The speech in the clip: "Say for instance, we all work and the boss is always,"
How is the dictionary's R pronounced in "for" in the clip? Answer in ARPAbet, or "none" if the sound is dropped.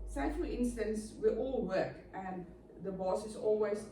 L